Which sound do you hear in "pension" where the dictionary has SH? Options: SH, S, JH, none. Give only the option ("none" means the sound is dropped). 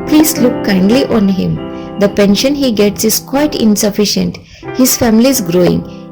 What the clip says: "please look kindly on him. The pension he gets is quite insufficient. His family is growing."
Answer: SH